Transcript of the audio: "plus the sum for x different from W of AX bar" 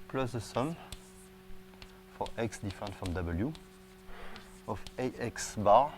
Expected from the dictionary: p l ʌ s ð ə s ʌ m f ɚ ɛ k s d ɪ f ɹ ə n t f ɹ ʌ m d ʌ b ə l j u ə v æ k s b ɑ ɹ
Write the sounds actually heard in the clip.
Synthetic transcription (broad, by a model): p l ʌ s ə s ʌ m f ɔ ɛ k s d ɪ f ə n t f ɹ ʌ m d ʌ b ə l j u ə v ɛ k s b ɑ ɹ